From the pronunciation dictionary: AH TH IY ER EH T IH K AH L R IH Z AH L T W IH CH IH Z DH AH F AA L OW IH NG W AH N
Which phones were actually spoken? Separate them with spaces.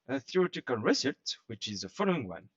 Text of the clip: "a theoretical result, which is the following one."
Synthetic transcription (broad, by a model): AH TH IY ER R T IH K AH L R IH S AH T W IH CH IH Z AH F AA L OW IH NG W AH N